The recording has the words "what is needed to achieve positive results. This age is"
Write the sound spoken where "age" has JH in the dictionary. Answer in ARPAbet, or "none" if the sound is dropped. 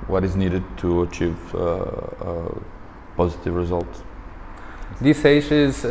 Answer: SH